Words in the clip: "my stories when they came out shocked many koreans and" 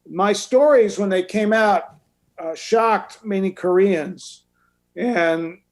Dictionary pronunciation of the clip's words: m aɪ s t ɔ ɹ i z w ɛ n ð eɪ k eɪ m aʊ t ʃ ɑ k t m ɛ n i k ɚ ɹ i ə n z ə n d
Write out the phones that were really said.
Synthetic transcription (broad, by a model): m aɪ s t ɔ ɹ i z w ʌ n ð eɪ k eɪ m aʊ t ʃ ɑ k t m ɛ n i k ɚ ɹ i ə n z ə n